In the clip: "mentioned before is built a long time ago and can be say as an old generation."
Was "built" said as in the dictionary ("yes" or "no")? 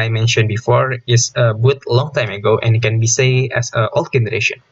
no